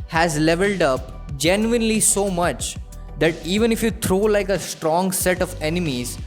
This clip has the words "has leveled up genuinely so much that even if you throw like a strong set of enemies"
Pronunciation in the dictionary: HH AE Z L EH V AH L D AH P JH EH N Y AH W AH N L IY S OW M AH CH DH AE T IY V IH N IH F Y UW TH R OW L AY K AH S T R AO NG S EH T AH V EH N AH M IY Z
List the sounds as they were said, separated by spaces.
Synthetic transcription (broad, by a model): HH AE Z L EH V AH L D AH P JH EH N Y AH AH N L IY S OW M AH CH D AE T IY V IH N IH F Y UW T R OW L AY K AH S T R AO NG S EH T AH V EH N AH M IY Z